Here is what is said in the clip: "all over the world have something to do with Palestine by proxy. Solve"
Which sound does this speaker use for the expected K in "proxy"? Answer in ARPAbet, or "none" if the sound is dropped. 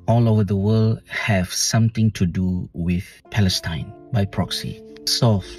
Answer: K